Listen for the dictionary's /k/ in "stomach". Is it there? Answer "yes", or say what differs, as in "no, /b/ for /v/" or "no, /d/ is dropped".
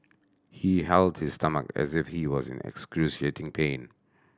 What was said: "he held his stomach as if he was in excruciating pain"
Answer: yes